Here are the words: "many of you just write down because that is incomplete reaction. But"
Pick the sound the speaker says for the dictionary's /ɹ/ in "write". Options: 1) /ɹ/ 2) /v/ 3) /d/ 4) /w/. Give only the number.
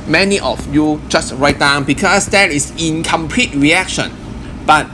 1